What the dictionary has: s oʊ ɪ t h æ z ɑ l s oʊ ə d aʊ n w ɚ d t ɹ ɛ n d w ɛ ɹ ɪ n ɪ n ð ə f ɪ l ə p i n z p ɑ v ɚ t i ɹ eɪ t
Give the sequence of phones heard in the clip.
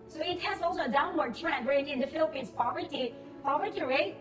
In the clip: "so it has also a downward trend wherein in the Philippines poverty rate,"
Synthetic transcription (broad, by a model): s oʊ ɪ t h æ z ɑ l s oʊ ə d aʊ n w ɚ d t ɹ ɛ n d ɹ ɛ ɪ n ɪ n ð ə f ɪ l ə p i n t p ɑ v ɚ t i ɹ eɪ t